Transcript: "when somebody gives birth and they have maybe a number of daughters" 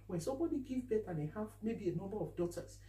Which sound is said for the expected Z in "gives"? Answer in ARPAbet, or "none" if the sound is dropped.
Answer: none